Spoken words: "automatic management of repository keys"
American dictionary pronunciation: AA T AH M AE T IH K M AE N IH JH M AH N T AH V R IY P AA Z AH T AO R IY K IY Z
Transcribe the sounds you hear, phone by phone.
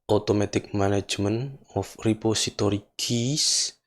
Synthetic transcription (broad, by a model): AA T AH M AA T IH K M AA N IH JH M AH N AH F R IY P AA S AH T AO R IY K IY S